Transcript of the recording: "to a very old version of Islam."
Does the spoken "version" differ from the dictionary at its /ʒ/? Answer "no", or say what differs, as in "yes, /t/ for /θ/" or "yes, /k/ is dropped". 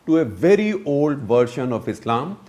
yes, /ʃ/ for /ʒ/